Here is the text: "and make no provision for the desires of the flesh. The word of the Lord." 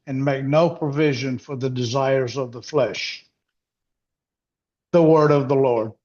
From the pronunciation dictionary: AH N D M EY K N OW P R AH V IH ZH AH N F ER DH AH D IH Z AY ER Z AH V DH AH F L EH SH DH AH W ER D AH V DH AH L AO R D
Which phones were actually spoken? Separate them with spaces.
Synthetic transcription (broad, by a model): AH N M EY K N OW P R AH V IH ZH AH N F ER DH AH D IH Z AY ER Z AH V DH AH F L EH SH DH AH W ER D AH V DH AH L AO R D